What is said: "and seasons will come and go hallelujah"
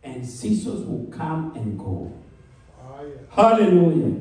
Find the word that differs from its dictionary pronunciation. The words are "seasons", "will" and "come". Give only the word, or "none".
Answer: seasons